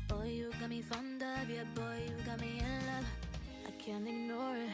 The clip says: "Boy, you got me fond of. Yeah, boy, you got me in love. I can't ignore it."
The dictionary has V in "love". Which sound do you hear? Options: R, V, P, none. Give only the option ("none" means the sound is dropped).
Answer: none